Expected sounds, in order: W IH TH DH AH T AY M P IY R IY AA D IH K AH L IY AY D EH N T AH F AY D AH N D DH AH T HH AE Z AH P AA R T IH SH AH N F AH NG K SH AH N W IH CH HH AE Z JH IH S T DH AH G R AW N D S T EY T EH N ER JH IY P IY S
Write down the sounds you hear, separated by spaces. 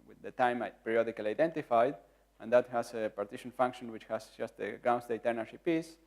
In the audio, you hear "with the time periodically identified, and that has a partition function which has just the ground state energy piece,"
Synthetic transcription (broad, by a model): W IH DH AH T AY M P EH R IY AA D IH K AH L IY AY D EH N T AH F AY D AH N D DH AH T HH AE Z AH P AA R T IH SH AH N F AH NG K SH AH N W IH CH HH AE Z JH IH S T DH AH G R AW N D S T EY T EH N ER SH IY P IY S